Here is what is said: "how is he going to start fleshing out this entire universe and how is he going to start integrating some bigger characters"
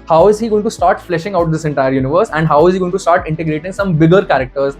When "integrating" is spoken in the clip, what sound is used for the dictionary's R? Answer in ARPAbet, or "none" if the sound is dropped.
R